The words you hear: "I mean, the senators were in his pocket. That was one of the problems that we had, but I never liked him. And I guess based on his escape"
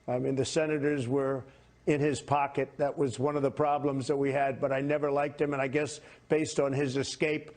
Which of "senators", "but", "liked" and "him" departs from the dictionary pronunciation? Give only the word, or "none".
none